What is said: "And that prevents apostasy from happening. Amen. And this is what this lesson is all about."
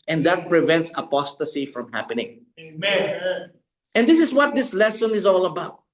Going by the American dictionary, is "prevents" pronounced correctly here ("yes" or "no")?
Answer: yes